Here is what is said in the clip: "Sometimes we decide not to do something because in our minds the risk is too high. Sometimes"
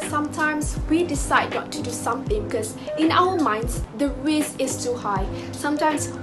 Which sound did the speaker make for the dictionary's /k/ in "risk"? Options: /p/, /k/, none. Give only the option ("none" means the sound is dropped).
none